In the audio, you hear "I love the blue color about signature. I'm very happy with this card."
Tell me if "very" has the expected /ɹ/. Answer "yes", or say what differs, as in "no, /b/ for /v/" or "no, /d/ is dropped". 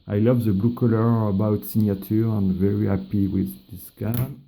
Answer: yes